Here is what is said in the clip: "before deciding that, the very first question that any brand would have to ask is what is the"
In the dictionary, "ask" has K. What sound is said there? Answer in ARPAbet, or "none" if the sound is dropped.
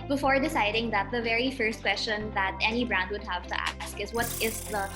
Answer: K